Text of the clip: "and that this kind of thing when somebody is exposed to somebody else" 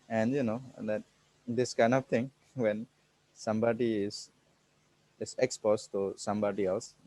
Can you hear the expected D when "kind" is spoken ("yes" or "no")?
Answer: yes